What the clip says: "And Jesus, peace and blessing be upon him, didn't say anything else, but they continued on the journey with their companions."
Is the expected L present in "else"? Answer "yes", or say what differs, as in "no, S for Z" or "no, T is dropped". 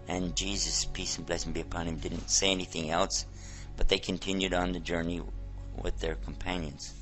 yes